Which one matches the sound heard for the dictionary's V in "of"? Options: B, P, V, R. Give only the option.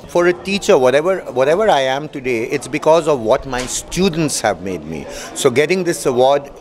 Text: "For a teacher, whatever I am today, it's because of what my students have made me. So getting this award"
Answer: V